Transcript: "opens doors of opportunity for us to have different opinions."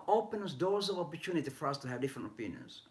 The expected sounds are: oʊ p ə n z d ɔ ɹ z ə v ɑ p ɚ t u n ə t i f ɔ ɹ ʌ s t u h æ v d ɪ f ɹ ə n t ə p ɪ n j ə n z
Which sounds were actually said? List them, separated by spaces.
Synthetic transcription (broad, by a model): oʊ p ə n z d ɔ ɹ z ə v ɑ p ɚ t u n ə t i f ɔ ɹ ʌ s t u h æ v d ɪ f ɹ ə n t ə p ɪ n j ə n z